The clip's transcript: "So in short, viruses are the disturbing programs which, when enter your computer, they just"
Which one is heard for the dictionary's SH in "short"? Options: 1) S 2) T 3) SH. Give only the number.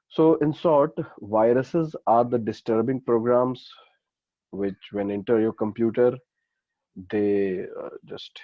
1